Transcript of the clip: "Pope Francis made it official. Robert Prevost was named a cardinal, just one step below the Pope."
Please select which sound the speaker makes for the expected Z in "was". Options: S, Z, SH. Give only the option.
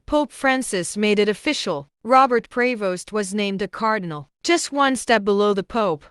Z